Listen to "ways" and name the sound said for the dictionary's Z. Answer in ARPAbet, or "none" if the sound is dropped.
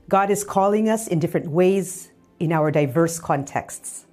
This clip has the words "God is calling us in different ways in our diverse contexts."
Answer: Z